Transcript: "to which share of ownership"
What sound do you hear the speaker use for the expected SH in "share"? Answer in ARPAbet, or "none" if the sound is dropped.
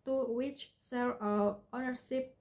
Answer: S